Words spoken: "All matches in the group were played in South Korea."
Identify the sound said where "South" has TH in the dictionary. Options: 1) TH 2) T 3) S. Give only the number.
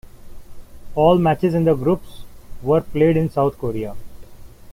2